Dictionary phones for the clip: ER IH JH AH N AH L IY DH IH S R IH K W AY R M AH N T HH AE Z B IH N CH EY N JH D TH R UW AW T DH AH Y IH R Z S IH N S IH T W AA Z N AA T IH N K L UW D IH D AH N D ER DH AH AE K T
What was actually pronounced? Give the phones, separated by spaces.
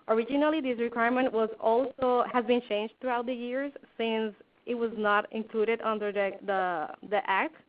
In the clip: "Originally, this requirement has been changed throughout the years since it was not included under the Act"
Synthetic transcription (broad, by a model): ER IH JH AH N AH L IY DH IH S R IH K W AY R M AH N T HH AE Z B IH N CH EY N JH D T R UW AW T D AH Y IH R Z S IH N S IH T W AA Z N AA T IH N K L UW D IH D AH N D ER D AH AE K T